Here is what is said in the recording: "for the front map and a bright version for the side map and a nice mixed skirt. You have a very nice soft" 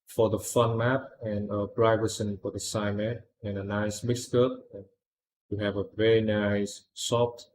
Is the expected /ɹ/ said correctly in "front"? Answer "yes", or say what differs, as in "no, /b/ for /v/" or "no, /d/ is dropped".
no, /ɹ/ is dropped